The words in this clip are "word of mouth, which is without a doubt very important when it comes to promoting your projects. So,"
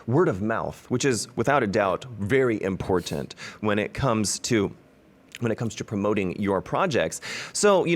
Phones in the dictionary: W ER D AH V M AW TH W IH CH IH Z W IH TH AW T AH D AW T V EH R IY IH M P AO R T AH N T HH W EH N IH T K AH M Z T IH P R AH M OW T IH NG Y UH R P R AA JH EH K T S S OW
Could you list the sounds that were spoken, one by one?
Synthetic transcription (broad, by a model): W ER D AH V M AW TH W IH CH IH Z W IH TH AW T AH D AW T V EH R IY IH M P AO R T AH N T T W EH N IH T K AH M Z T IH P R AH M OW T IH NG Y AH R P R AA JH EH K T S S OW